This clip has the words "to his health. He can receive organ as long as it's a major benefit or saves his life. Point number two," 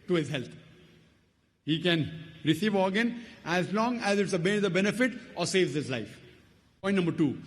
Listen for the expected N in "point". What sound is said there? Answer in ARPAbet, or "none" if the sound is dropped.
none